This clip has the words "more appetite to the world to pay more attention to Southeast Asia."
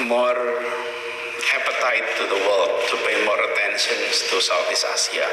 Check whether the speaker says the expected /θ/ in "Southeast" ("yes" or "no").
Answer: no